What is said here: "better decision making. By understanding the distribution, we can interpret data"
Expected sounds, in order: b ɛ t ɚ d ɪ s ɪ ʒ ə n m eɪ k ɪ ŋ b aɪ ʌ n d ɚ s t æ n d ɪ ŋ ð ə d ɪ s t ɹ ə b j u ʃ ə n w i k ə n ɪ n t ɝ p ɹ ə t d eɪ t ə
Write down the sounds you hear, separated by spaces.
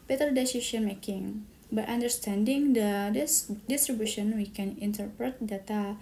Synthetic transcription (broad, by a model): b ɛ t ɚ d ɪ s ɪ ʃ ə n m eɪ k ɪ ŋ b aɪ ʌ n d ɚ s t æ n d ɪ ŋ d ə d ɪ s t ɹ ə b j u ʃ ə n w i k ə n ɪ n t ɝ p ɹ ə t d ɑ t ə